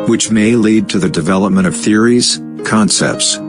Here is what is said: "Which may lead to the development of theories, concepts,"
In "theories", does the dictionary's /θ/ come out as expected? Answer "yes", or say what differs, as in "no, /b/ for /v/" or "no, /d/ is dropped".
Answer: yes